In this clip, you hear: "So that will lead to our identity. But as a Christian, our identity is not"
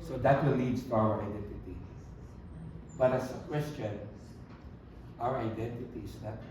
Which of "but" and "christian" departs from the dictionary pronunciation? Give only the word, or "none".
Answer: christian